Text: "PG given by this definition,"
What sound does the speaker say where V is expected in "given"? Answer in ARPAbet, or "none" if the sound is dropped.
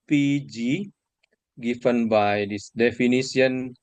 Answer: F